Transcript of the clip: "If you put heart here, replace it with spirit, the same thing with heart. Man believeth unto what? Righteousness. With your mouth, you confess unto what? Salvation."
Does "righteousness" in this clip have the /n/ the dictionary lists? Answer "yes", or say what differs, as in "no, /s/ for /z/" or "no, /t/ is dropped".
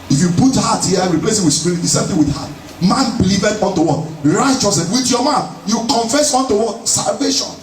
no, /n/ is dropped